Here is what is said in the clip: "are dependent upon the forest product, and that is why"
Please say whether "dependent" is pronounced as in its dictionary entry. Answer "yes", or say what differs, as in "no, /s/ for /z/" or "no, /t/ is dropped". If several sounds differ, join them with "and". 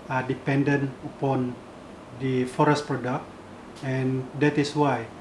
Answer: no, /t/ is dropped